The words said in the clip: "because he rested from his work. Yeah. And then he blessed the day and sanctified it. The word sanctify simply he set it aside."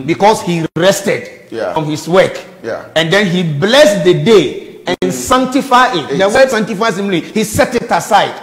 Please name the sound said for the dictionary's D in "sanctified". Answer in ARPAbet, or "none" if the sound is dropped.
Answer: none